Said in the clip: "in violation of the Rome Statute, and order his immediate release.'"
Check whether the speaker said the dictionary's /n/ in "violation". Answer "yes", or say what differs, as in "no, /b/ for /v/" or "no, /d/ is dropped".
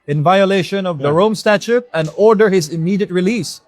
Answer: yes